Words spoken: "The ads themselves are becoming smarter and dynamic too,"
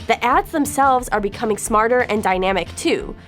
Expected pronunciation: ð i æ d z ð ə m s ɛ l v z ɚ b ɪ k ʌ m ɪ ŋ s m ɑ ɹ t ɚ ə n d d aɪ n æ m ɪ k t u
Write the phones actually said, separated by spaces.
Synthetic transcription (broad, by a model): ð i æ d z ð ə m s ɛ l v z ɚ b ɪ k ʌ m ɪ ŋ s m ɑ ɹ t ɚ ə n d d aɪ n æ m ɪ k t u